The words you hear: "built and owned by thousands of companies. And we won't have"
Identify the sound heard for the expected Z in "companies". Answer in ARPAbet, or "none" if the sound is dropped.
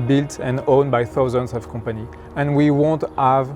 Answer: none